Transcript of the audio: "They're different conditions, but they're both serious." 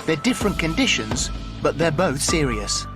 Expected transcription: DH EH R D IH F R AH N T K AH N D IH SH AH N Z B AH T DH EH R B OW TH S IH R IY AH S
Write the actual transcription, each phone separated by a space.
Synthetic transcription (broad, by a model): DH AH R D IH F R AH N K AH N D IH SH AH N Z B AH T DH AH R B OW TH S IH R IY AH S